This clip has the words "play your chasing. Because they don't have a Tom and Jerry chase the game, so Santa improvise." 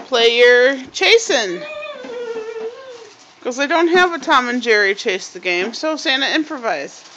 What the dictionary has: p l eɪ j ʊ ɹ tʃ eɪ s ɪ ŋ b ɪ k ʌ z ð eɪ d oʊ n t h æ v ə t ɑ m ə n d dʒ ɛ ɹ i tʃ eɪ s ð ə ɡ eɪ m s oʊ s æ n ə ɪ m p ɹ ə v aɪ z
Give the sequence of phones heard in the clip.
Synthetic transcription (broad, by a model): p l eɪ j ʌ ɹ tʃ eɪ s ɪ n k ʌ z ð eɪ d oʊ n t h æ v ə t ɑ m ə n dʒ ɛ ɹ i tʃ eɪ s ð ə ɡ eɪ m s oʊ s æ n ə ɪ m p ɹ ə v aɪ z